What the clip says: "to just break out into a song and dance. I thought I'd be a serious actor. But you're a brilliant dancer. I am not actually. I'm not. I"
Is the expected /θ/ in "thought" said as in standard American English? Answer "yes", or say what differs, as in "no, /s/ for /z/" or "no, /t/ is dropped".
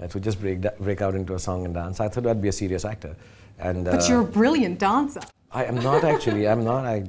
no, /t/ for /θ/